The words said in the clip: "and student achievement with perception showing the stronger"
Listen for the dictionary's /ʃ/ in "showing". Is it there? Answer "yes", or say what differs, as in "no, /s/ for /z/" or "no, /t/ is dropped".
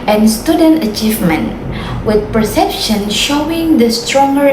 yes